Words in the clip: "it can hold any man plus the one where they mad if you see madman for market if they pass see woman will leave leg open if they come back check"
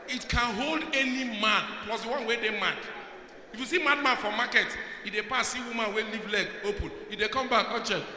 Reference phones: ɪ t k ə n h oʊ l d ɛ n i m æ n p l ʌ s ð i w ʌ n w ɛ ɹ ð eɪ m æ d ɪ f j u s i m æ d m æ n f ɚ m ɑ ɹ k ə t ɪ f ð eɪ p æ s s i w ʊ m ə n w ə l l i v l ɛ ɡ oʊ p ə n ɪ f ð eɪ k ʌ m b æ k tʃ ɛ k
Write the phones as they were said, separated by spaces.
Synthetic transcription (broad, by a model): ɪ t k ə n h oʊ l d ɛ n i m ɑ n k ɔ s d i w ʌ n w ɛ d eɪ m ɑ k ɪ f j u s i m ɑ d m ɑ n f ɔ m ɑ k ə t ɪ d eɪ p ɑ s s i w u m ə n w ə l l i v l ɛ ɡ oʊ p ə n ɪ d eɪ k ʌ m b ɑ k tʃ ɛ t